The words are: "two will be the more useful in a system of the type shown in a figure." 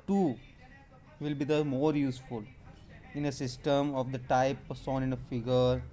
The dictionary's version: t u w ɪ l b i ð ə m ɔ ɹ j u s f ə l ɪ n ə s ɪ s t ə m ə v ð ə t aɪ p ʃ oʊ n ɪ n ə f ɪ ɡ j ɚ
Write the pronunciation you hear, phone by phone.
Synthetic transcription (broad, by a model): t u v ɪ l b i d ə m ɔ ɹ j u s f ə l ɪ n ə s ɪ s t ə m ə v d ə t aɪ p s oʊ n ɪ n ə f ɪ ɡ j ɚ